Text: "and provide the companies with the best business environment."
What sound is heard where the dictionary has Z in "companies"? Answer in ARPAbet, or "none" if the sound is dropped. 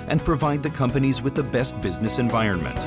Z